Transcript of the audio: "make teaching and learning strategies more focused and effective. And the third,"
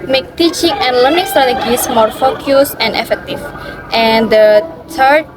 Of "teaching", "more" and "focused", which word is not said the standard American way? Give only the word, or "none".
focused